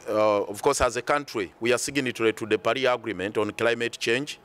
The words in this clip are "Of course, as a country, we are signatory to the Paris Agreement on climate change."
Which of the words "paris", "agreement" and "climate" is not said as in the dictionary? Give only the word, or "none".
paris